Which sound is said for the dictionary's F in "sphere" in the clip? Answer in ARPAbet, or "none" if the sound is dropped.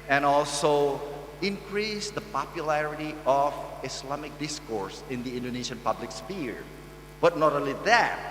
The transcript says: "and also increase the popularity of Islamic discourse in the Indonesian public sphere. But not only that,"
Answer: P